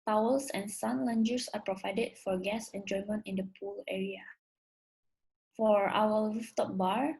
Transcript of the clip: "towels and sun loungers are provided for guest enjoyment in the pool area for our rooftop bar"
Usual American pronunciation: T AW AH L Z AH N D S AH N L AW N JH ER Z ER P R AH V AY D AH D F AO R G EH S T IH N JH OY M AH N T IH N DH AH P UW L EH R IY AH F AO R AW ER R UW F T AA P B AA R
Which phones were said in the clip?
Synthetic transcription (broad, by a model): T AW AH L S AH N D S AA N L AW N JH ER S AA P R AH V AY D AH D F AO R G EH S IH N JH OY M AH N T IH N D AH P UW L EH R IY AH F AO R AW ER L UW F T AA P B AA R